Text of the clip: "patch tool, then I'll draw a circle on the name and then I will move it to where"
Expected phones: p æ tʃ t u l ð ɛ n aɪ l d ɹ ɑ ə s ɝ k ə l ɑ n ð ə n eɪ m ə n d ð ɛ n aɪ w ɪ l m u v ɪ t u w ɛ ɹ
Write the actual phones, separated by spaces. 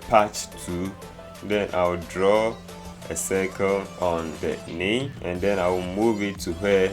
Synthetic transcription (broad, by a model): p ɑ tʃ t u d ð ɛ n aɪ w d ɹ ɑ ə s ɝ k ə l ɑ n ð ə n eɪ ə n d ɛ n aɪ w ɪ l m u v ɪ t u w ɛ